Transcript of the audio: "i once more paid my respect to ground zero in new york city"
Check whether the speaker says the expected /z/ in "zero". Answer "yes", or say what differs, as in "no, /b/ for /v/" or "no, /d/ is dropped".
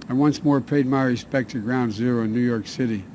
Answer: yes